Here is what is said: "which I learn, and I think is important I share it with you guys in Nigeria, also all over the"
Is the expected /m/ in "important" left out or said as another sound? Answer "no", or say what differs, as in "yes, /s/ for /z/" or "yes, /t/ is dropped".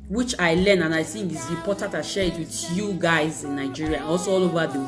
yes, /m/ is dropped